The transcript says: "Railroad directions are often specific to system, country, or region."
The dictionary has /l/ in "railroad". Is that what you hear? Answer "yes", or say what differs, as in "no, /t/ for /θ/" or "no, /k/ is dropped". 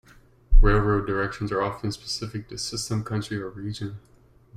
yes